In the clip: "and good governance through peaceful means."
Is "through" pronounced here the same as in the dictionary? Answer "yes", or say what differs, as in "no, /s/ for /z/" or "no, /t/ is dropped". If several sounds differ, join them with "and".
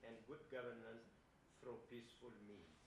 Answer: no, /f/ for /θ/